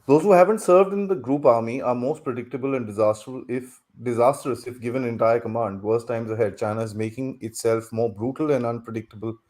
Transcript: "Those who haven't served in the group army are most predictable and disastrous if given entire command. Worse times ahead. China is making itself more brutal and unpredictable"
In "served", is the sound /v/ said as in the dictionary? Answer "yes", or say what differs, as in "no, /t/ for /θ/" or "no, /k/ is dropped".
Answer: yes